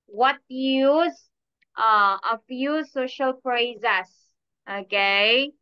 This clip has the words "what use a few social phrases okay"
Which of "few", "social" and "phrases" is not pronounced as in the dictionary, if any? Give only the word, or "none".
phrases